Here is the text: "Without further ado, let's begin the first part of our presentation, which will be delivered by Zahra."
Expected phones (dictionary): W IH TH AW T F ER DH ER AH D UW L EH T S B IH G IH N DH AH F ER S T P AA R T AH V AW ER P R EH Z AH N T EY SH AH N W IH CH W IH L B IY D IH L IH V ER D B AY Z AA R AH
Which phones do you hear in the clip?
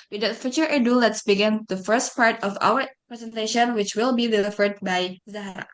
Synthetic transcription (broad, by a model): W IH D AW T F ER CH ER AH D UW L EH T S B IH G IH N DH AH F ER S T P AA R T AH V AW ER P R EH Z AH N T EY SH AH N W IH CH W IH L B IY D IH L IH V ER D B AY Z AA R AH